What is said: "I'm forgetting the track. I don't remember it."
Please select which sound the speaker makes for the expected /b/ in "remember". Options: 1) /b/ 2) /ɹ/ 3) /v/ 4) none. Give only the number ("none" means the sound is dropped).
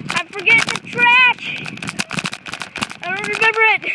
1